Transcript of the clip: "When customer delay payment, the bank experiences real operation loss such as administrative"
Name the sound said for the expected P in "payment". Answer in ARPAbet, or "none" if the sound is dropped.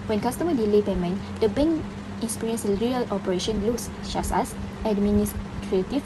B